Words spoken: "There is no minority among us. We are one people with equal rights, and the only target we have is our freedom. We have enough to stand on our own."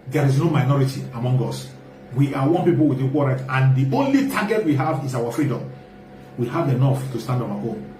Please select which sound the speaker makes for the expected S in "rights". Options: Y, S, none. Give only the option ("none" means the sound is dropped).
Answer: none